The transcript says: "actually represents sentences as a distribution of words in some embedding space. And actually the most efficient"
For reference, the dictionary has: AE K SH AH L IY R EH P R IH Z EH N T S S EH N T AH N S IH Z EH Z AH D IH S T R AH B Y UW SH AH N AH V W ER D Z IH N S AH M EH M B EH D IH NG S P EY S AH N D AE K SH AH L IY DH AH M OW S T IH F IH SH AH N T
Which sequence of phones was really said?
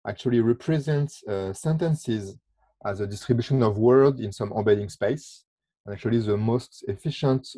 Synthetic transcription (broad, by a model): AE K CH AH L IY R EH P R IH Z EH N T S S EH N T AH N S IH Z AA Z AH D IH S T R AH B Y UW SH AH N AH V W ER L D IH N S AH M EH B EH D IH NG S P EY S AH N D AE K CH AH L IY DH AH M OW S T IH F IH SH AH N T